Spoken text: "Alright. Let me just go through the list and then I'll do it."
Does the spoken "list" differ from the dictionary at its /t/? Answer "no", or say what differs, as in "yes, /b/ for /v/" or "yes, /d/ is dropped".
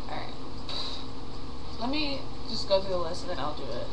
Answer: yes, /t/ is dropped